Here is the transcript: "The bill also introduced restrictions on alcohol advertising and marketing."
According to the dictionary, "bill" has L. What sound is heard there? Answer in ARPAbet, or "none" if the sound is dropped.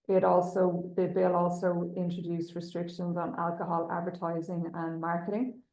L